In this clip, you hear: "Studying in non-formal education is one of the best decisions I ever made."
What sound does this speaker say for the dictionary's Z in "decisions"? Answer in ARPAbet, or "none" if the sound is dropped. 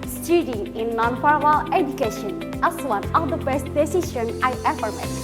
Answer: none